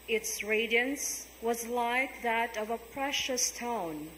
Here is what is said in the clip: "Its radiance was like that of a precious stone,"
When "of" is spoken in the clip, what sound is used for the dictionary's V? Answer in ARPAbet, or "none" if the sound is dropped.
V